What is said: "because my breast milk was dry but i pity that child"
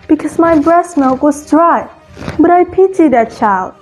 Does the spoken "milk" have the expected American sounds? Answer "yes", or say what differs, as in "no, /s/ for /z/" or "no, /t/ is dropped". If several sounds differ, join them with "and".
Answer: no, /l/ is dropped